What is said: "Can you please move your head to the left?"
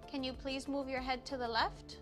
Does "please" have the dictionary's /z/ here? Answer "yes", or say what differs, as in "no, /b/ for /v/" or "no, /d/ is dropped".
yes